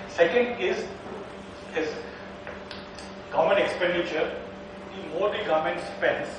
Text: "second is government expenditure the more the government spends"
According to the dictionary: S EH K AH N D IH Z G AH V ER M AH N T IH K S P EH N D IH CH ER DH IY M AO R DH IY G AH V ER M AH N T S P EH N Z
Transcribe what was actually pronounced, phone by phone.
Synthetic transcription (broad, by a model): S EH K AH N D IH Z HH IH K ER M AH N IH K S P EH N D IH CH ER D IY M AO R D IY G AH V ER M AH N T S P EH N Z